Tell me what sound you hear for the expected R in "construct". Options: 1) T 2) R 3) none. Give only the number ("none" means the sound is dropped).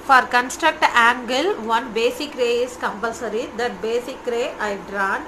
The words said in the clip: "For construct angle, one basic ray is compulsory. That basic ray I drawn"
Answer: 2